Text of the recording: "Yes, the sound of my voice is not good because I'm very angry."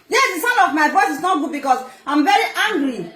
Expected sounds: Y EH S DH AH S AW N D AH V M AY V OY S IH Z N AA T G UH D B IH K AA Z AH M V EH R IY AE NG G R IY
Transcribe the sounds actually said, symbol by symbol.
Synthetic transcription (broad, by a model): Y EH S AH S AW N AH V M AY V OY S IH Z N AA T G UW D B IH K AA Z AH M V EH R IY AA NG G R IY